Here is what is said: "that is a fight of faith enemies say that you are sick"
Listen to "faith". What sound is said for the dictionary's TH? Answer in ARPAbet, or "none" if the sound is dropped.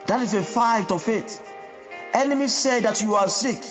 T